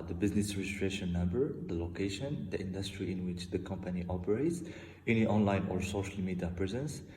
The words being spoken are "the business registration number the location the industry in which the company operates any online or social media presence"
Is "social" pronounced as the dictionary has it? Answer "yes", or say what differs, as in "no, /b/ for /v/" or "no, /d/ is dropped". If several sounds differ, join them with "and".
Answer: yes